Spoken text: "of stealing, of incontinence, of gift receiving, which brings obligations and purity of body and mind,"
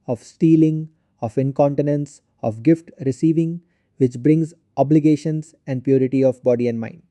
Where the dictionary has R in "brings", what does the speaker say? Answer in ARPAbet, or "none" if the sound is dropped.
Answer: R